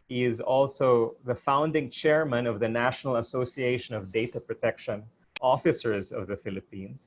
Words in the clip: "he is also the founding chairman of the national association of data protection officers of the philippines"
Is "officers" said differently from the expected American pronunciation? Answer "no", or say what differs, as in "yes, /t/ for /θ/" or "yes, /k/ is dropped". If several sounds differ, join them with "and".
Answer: no